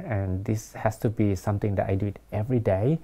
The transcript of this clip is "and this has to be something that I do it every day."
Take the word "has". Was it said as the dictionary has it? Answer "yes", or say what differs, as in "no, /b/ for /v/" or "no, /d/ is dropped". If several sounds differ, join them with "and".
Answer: no, /s/ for /z/